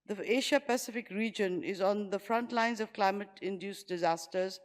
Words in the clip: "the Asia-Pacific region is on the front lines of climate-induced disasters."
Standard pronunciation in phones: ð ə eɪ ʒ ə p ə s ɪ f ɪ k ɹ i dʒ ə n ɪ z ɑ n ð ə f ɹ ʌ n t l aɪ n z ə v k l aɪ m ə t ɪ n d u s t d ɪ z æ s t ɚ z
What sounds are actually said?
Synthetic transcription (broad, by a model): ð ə eɪ ʃ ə p ə s ɪ f ɪ k ɹ i dʒ ə n ɪ z ɑ n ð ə f ɹ ʌ n t l aɪ n z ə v k l aɪ m ə t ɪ n d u s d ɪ z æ s t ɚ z